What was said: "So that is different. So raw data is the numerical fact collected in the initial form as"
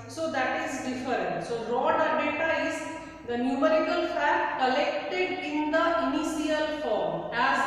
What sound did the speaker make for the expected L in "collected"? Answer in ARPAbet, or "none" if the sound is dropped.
L